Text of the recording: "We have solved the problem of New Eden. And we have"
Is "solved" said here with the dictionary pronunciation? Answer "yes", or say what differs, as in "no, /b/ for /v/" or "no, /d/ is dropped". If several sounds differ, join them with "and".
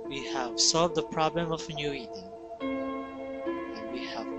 yes